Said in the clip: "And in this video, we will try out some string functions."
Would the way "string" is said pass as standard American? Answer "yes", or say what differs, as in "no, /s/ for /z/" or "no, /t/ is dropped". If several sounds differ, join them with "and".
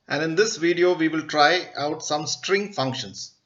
yes